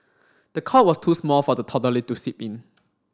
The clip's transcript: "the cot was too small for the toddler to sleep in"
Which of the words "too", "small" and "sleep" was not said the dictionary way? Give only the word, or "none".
sleep